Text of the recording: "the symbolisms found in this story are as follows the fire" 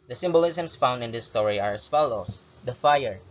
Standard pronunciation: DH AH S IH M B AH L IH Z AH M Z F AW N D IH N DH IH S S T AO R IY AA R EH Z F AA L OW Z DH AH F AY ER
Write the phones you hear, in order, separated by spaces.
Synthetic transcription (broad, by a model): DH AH S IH M B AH L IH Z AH M S F AW N D IH N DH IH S S T AO R IY AA R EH S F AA L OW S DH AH F AY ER